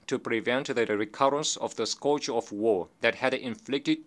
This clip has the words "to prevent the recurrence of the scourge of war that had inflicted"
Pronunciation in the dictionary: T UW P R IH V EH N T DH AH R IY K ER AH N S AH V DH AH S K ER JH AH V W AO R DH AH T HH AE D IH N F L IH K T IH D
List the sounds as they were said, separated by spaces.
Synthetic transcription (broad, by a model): T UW P R IH V EH N T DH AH R IY K ER AH N S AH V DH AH S K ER AH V W AO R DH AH T HH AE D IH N F L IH K T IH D